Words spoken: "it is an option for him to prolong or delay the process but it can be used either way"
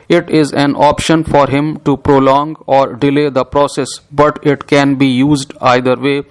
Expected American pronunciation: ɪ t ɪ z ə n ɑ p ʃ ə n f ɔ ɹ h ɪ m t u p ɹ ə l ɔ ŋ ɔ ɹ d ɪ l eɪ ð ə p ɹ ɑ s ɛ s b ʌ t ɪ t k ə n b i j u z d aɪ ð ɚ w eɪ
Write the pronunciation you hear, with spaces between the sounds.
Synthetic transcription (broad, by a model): ɪ t ɪ z ə n ɑ p ʃ ə n f ɔ ɹ h ɪ m t u p ɹ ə l ɔ ŋ ɔ ɹ d ɪ l eɪ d ə p ɹ ɑ s ɛ s b ʌ t ɪ t k ə n b i j u z d aɪ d ɚ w eɪ